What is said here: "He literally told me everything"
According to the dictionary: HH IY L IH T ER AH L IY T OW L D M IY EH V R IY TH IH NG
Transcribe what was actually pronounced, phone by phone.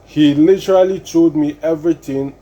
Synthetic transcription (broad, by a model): HH IY L IH T ER AH L IY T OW D M IY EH V R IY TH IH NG